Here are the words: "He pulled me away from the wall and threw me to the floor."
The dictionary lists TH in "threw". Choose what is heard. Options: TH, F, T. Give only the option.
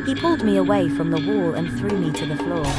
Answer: TH